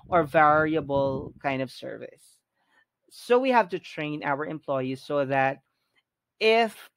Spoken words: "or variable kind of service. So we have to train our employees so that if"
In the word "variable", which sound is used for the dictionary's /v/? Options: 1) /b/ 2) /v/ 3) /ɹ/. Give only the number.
2